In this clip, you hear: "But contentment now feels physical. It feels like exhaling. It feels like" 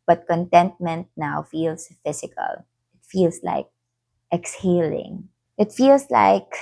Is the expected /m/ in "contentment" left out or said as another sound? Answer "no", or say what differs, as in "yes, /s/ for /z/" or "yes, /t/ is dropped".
no